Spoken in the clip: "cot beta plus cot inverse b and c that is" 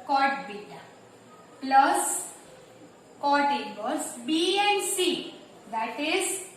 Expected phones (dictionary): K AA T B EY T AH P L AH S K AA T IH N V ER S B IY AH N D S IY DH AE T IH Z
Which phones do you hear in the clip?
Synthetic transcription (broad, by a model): K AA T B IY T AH P L AH S K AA T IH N B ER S B IY AH N D S IY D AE T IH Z